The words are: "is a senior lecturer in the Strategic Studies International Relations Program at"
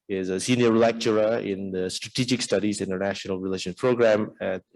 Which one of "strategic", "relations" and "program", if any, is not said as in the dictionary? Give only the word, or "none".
relations